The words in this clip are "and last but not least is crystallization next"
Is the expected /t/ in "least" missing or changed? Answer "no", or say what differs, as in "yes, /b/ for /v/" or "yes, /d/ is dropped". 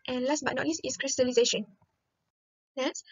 yes, /t/ is dropped